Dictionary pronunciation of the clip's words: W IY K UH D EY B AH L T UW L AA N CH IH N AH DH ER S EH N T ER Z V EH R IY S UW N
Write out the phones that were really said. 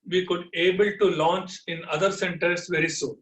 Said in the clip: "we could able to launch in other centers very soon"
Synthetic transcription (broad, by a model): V IY K UH D EY B AH L T UW L AA N CH IH N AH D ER S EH N T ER S V EH R IY S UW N